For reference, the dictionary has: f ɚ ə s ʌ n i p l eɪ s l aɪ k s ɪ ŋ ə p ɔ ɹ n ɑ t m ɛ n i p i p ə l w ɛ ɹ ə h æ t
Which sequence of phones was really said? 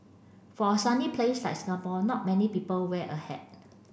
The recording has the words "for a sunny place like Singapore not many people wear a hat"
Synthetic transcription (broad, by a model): f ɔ ə s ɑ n i p l eɪ s l aɪ k s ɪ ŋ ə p ɔ l n ɑ t m ɛ n i p i p ə l w ɛ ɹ ə h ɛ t